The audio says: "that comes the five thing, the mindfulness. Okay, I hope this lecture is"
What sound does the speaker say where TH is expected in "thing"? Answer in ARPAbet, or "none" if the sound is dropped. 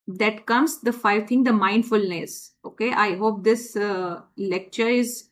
T